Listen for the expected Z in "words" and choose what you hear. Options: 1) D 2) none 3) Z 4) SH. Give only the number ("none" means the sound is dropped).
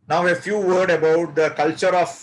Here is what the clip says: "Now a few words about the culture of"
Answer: 2